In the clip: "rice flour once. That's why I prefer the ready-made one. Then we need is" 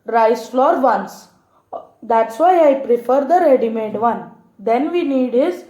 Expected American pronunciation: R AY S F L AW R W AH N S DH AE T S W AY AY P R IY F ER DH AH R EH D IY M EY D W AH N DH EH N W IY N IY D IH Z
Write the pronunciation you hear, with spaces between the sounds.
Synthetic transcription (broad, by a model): R AY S F L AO R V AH N S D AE T S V AY AY P R IY F ER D AH R EH D IY M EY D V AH N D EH N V IY N IY D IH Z